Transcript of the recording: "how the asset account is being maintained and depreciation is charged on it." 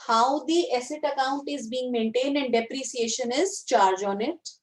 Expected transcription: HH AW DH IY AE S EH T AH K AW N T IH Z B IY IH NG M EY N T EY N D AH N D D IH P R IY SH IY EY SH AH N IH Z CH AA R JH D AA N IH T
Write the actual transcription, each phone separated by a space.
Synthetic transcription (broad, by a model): HH AW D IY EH S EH T AH K AW N T IH Z B IY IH NG M EY N T EY N D AH N D D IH P R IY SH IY EY SH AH N IH Z CH AA R JH AA N IH T